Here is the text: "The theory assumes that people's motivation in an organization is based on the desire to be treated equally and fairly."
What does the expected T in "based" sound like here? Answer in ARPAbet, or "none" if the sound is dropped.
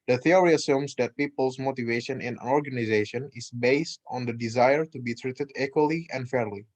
T